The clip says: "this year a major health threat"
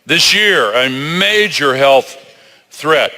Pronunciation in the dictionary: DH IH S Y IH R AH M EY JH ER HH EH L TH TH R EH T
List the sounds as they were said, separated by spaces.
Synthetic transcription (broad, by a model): DH IH S Y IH R AH M EY JH ER HH EH L TH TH R EH T